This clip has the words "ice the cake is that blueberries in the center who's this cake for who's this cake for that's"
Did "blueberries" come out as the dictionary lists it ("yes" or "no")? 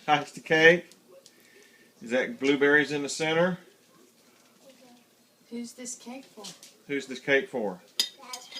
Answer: yes